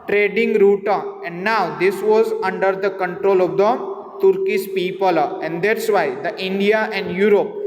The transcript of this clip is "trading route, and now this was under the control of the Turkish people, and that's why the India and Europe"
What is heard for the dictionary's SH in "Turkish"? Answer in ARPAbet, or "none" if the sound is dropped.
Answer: S